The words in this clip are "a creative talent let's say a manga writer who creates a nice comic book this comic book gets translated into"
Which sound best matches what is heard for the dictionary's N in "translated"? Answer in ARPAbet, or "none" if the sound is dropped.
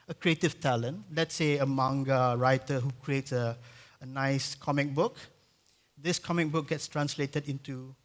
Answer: N